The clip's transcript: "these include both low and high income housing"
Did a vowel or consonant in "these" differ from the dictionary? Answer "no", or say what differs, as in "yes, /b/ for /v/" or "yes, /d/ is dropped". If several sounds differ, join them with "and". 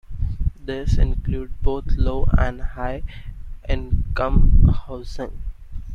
yes, /s/ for /z/